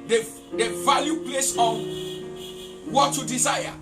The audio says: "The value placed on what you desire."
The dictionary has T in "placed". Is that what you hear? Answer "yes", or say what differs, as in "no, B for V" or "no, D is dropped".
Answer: no, T is dropped